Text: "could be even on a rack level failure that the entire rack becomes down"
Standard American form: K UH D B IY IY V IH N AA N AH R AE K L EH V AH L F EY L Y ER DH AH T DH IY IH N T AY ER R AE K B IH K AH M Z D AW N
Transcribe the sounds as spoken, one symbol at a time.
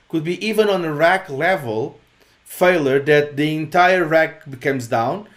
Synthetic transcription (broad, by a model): K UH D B IY IY V IH N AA N AH R AE K L EH V AH L F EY L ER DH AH T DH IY IH N T AY ER R AE K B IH K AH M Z D AW N